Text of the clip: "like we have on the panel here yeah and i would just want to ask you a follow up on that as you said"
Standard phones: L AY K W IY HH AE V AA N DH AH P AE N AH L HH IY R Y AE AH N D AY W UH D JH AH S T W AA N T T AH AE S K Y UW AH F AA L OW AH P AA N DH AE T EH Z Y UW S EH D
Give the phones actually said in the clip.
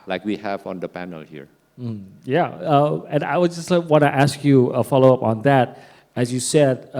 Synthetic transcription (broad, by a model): L AY K W IY HH AE V AA N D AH P AE N AH L HH IY R Y AE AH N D AY W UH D JH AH S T W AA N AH T AE S K Y UW AH F AA L OW AH P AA N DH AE T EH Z Y UW S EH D